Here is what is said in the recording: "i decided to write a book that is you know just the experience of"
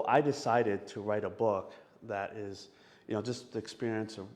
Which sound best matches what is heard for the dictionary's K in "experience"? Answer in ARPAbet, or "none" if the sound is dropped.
K